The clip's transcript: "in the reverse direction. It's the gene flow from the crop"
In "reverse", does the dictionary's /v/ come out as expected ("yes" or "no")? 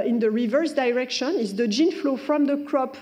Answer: yes